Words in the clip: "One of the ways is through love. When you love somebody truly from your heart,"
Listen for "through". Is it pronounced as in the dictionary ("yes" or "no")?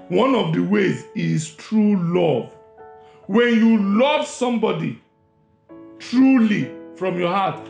no